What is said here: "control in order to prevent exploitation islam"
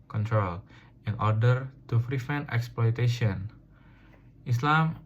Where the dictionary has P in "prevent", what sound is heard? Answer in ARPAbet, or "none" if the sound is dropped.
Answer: F